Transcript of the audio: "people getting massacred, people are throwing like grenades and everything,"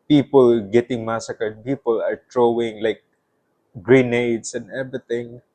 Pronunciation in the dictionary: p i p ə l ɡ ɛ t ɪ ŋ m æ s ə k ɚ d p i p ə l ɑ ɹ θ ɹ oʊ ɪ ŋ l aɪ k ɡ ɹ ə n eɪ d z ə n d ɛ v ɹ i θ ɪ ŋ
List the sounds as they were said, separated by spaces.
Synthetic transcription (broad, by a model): p i p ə l ɡ ɛ t ɪ ŋ m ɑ s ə k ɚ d p i p ə l ɑ ɹ t ɹ oʊ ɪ ŋ l aɪ k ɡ ɹ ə n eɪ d s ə n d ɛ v ɹ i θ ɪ ŋ